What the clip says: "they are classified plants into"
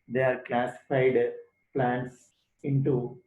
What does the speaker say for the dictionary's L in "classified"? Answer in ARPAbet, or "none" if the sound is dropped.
L